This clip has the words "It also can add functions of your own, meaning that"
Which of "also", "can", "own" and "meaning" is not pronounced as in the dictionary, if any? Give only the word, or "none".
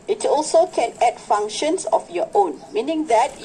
none